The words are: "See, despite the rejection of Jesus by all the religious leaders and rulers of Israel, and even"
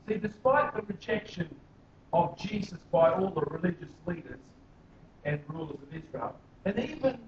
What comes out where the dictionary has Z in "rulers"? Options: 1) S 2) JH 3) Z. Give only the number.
3